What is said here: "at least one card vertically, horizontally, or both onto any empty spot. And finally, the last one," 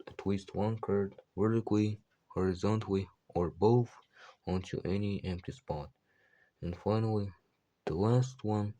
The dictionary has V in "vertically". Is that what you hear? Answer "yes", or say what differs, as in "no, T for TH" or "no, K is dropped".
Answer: no, W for V